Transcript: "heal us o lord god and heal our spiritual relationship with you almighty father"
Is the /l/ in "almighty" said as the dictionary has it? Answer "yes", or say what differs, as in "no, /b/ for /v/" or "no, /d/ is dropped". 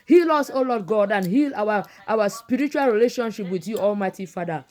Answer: yes